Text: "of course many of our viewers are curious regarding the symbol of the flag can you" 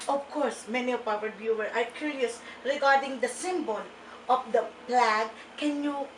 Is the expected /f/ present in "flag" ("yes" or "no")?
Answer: no